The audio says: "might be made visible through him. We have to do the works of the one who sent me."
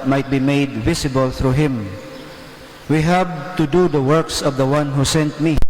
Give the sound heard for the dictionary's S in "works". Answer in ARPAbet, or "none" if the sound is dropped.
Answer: S